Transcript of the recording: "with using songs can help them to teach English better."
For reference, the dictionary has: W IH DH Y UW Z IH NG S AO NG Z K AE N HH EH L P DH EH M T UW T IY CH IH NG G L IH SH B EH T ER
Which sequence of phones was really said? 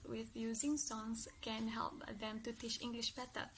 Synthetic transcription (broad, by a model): W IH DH Y UW Z IH NG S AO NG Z K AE N HH EH L P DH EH M T UW T IY CH IH NG G L IH SH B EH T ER